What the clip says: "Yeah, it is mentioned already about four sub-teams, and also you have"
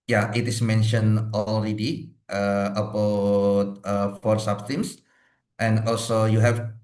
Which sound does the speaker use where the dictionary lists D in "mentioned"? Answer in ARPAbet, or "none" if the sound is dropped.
none